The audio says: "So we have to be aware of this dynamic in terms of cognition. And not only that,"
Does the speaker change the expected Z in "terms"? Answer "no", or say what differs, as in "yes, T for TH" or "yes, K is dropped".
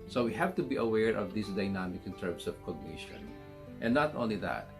yes, S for Z